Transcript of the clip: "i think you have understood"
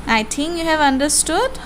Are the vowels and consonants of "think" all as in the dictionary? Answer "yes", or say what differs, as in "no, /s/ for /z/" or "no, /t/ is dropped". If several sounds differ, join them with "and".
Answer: no, /t/ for /θ/